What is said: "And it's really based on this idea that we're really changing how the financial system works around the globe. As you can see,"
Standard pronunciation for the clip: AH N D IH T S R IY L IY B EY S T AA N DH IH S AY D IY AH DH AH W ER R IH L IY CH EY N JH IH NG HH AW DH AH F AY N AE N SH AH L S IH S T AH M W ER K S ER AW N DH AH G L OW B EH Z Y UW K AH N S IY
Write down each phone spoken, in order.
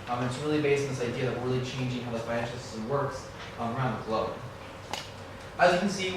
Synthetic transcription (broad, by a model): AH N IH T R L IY B EY S T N DH IH S AY D IY AH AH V R IH L IY CH EY N JH IH NG HH AW DH AH F AY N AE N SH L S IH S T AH W ER K S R AW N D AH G L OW EH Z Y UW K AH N S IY